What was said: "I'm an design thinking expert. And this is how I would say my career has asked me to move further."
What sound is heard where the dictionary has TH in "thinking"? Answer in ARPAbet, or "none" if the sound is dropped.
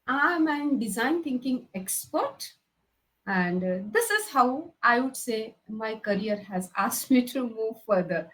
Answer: T